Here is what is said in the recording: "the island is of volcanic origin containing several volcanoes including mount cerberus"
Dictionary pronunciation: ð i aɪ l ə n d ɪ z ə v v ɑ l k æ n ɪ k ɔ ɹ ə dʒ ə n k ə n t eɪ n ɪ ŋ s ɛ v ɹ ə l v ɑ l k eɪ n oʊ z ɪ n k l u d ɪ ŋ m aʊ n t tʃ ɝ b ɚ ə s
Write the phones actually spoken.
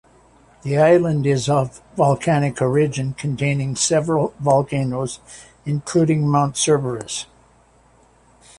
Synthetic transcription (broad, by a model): ð i aɪ l ə n d ɪ z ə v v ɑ l k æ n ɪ k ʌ ɹ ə dʒ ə n k ə n t eɪ n ɪ ŋ s ɛ v ɹ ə l v ɑ l k eɪ n oʊ z ɪ n k l u d ɪ ŋ m aʊ n t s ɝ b ɚ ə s